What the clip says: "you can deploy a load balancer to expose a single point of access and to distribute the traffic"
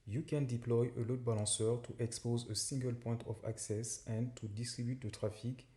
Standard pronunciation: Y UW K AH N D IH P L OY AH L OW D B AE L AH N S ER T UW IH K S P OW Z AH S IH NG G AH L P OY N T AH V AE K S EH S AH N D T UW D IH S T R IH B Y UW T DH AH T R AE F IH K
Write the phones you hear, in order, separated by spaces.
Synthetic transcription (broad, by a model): Y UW K AH N D IH P L OY AH L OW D B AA L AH S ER T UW IH K S P OW Z AH S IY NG G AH L P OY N T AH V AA K S EH S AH N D T UW D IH S T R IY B Y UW T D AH T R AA F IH K